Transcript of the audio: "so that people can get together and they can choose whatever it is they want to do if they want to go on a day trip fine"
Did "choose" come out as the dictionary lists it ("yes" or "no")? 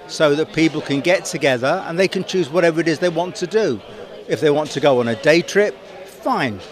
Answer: yes